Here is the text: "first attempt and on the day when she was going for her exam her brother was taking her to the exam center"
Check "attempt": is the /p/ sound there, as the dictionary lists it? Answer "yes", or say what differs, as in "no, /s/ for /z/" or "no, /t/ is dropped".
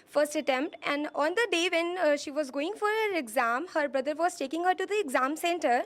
yes